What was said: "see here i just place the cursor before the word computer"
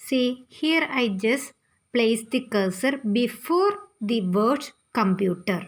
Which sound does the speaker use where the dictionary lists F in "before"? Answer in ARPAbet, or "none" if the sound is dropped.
F